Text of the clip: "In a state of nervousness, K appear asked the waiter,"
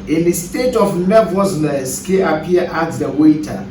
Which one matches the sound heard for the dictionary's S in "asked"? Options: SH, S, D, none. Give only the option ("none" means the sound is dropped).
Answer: none